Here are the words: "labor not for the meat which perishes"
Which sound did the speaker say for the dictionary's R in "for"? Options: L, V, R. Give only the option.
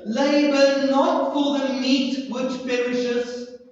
L